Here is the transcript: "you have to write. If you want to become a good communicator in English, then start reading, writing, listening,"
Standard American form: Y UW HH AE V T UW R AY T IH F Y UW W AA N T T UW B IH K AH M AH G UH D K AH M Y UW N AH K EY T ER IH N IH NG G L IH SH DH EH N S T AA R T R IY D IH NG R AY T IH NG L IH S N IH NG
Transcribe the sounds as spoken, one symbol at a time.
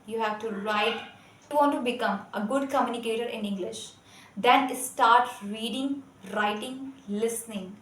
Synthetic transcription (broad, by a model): Y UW HH AE V T UW R AY T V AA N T T UW B IH K AH M AH G UH D K AH M Y UW N AH K EY T ER IH N IH NG G L IH SH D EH N S T AA R T R IY D IH NG R AY T IH NG L IH S N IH NG